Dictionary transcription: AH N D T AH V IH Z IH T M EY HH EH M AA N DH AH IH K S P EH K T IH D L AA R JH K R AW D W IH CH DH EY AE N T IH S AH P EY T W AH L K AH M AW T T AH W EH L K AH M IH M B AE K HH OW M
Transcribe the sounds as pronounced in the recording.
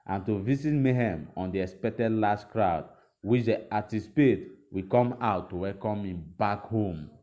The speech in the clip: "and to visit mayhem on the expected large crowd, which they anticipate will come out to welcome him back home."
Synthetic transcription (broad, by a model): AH N T AH V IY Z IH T M EY HH EH M AA N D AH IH S P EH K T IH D L AA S K R AW D W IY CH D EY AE T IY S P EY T W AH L K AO M AW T T AH W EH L K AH M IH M B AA K HH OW M